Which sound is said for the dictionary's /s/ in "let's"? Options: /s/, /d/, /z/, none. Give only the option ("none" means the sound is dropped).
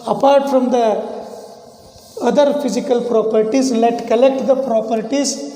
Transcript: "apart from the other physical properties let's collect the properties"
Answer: none